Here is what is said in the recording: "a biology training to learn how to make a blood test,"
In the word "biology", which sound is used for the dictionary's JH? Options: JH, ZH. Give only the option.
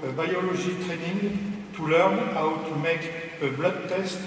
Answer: ZH